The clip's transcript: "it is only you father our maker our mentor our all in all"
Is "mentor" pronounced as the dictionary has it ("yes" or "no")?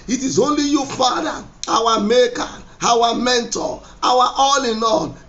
no